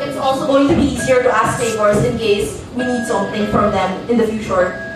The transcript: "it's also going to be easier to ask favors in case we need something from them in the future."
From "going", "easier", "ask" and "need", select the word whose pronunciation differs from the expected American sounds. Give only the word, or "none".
none